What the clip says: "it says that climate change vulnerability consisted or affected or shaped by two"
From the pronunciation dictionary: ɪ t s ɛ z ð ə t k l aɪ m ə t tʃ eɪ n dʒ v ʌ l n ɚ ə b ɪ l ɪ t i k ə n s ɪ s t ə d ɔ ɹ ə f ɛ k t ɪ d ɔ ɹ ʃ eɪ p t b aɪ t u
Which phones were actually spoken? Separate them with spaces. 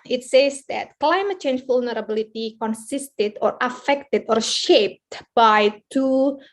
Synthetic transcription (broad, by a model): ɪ t s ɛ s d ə t k l aɪ m ə t tʃ eɪ n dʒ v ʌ l n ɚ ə b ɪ l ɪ t i k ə n s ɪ s t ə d ɔ ɹ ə f ɛ k t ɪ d ɔ ɹ ʃ eɪ p t b aɪ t u